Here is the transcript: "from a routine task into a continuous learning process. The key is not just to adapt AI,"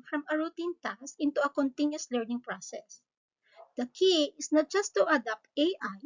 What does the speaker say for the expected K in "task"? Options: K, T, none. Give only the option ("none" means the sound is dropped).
none